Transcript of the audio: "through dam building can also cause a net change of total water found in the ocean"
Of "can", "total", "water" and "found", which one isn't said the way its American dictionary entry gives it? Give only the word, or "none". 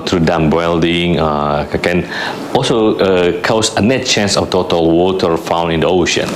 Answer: found